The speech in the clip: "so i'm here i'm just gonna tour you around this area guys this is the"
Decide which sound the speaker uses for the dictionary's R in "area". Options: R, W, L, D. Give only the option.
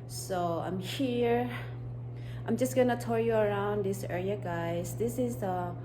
L